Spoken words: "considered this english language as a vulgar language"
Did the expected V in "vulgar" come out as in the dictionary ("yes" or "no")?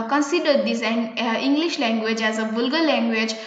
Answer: no